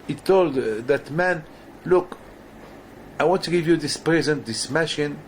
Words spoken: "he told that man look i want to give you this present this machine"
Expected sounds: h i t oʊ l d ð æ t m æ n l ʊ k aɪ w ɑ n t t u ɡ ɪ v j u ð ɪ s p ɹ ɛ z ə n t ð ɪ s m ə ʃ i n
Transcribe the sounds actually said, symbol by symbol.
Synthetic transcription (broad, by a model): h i t oʊ l d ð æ t m æ n l ʊ k aɪ w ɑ n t t u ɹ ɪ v j u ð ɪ s p ɹ ɛ z ə n t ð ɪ s m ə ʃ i n